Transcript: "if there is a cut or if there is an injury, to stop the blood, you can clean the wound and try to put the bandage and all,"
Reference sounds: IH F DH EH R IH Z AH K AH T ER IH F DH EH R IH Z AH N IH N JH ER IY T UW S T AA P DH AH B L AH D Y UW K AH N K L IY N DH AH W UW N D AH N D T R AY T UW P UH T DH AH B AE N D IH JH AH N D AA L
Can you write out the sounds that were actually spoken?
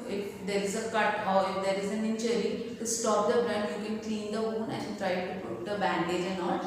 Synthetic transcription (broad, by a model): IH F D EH R IH Z AH K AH T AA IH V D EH R IH Z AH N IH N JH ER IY T UW S T AA P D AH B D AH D Y UW K AH N K L IY N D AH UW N AH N T R AY T UW P UH T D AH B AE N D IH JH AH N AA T